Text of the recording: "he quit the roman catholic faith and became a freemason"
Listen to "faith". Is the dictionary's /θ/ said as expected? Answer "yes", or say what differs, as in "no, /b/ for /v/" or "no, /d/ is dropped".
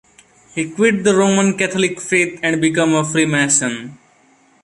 no, /t/ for /θ/